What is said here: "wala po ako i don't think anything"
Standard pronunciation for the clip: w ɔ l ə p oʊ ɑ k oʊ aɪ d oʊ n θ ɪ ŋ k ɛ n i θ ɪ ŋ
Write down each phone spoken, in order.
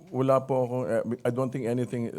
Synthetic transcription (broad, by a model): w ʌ l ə p oʊ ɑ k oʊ aɪ d oʊ n t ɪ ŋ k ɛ n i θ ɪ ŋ